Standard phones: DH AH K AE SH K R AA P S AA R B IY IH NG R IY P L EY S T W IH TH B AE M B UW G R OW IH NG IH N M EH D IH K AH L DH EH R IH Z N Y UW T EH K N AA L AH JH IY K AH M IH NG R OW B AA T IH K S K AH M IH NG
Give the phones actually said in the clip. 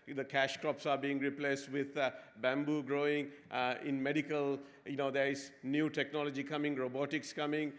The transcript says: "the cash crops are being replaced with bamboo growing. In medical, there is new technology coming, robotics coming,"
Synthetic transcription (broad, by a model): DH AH K AE SH K R AA P S AA R B IY IH NG R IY P L EY S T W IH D B AE M B UW G R OW IH NG IH N M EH D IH K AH L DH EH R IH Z N Y UW T EH K N AA L AH JH IY K AH M IH NG R OW B AA T IH K S K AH M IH NG